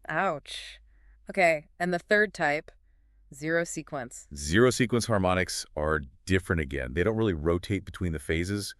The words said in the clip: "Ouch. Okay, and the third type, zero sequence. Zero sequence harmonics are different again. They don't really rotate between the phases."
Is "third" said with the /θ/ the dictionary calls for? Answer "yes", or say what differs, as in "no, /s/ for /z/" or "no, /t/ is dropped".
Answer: yes